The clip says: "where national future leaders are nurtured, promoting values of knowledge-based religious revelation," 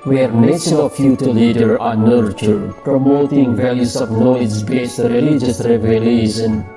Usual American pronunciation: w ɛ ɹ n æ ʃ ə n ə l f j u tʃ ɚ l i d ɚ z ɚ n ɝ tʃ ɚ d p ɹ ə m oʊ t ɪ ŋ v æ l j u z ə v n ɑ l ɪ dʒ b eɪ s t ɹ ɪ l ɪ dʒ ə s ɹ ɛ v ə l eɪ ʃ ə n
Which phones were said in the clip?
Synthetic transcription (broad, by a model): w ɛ ɹ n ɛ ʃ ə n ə f j u tʃ ɚ l i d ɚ ɚ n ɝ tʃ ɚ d p ɹ ə m oʊ t ɪ ŋ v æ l j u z ə v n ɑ ɪ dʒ b eɪ s t ɹ ɪ l ɪ dʒ ə s ɹ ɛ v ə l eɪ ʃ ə n